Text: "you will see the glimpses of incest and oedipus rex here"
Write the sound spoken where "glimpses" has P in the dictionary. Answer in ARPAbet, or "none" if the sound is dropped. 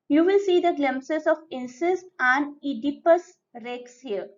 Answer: none